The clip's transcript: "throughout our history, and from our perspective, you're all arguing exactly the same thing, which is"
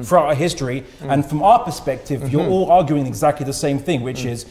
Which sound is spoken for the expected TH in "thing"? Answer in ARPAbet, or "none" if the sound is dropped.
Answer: TH